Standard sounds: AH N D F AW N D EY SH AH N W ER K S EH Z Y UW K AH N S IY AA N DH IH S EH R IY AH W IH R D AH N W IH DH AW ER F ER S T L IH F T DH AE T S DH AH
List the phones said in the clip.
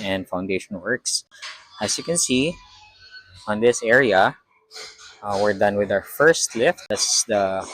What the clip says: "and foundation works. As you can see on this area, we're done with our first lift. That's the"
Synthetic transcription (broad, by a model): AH N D F AW N D EY SH AH N W ER K S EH S Y UW K AH N S IY AA N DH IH S EH R IY AH W IH R D AH N W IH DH AW ER F ER S T L IH F T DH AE S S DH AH